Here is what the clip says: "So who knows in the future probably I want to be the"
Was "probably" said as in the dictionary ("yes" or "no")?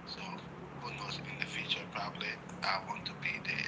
yes